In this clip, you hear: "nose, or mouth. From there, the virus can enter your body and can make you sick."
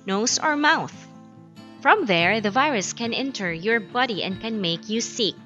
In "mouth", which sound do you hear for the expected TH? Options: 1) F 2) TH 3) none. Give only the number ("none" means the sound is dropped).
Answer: 2